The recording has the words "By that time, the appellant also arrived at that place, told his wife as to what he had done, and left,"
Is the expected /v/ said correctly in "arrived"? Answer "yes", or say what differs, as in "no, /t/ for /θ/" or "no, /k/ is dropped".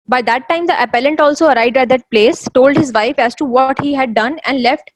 no, /v/ is dropped